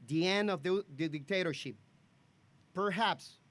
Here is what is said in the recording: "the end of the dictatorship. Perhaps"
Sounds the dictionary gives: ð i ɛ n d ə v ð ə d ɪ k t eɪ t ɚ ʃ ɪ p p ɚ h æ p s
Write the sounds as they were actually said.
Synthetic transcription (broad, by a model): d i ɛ n ə v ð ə d ɪ k t eɪ t ɚ ʃ ɪ p p ɚ h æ p s